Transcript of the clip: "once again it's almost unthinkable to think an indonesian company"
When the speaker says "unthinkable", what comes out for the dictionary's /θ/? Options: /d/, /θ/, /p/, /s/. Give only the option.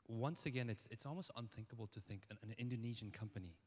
/θ/